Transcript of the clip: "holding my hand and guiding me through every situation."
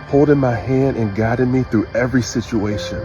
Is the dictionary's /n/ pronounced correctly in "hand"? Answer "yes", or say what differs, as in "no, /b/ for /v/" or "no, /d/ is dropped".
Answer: yes